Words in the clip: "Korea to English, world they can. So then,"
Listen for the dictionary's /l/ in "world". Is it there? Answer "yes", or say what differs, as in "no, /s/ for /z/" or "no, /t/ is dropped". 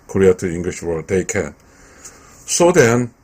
no, /l/ is dropped